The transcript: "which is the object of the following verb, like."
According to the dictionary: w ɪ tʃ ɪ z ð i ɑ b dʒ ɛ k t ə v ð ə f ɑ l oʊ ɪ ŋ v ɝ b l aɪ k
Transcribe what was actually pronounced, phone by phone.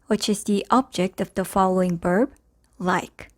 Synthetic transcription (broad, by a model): w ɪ tʃ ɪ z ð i ɑ b dʒ ɛ k t ə v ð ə f ɑ l oʊ ɪ ŋ b ɝ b l aɪ k